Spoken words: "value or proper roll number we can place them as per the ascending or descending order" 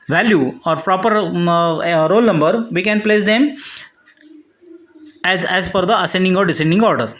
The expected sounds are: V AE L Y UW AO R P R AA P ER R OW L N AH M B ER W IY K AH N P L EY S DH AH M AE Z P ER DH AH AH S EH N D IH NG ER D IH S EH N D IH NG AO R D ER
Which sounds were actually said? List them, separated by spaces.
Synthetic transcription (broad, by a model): V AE L Y UW AO R P R AA P ER R OW L N AH M B ER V IY K AH N P L EY S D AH M AE Z F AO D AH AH S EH N D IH NG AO D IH S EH N D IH NG AO R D ER